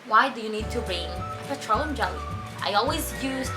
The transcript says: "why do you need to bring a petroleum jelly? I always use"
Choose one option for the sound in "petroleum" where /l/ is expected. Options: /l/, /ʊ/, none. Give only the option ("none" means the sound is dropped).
none